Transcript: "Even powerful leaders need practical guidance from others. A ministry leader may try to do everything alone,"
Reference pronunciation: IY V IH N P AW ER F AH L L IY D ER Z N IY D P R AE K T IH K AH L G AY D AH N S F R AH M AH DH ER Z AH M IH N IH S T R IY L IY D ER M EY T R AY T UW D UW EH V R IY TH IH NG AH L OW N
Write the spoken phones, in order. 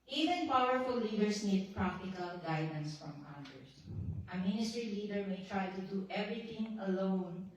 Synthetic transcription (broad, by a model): IY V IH N P AW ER F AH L L IY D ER S N IY D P R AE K T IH K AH L G AY D AH N S F R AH M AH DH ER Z AH M IH N IH S T R IY L IY D ER M EY T R AY T UW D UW EH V R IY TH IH NG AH L OW N